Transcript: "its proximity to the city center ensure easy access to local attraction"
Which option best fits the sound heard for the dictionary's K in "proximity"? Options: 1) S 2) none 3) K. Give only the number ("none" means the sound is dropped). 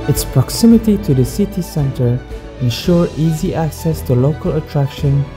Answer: 3